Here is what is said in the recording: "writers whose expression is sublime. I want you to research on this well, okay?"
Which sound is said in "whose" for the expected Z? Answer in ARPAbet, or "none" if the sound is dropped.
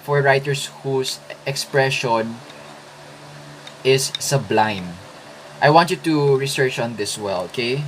S